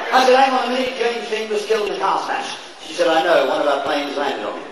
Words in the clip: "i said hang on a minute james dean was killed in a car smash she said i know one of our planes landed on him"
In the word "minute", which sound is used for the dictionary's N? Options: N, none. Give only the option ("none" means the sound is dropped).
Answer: none